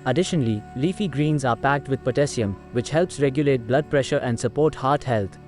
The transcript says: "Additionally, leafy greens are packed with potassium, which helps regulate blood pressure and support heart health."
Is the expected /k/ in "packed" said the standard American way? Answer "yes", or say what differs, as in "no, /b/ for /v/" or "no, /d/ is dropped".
yes